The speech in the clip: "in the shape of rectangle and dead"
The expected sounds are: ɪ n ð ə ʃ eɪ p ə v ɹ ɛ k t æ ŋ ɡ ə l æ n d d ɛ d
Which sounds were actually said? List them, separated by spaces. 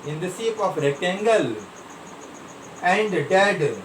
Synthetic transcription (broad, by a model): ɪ n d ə s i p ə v ɹ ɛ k t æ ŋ ɡ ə l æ n d d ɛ d